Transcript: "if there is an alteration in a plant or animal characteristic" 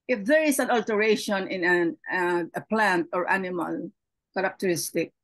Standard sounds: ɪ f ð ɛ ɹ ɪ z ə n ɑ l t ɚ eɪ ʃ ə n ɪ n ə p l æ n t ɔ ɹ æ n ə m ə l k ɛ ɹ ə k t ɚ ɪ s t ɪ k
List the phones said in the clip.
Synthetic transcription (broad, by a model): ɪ f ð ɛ ɹ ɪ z ə n ɑ l t ɚ eɪ ʃ ə n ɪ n ə p l æ n t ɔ ɹ æ n ə m ə l k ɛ ɹ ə k t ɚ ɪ s t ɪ k